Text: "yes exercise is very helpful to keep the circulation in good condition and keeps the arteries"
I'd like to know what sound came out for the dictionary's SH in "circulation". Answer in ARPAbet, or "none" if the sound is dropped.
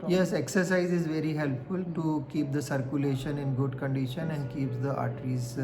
SH